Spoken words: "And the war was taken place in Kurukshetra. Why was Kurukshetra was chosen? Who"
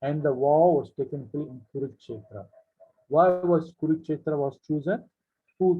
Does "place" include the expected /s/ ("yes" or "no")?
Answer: no